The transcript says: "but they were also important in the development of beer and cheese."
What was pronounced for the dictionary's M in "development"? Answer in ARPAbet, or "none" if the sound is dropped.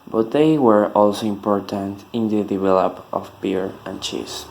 none